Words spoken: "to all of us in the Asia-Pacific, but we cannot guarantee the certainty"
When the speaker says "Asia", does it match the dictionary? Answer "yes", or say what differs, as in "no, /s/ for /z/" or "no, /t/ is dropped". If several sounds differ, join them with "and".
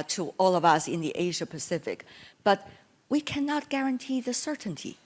yes